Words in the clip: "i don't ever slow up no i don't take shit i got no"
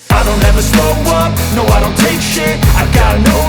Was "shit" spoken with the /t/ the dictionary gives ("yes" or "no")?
no